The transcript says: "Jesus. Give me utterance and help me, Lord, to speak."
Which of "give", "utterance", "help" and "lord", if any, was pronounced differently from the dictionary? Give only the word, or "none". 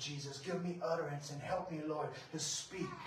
none